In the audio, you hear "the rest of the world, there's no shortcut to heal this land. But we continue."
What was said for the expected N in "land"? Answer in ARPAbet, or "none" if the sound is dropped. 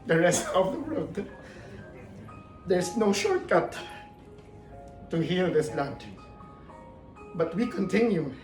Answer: none